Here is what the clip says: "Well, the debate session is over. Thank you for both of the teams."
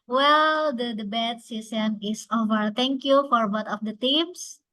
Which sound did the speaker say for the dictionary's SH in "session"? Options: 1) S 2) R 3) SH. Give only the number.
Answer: 1